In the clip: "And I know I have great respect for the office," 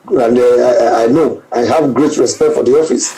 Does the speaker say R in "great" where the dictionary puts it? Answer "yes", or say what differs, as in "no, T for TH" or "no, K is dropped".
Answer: yes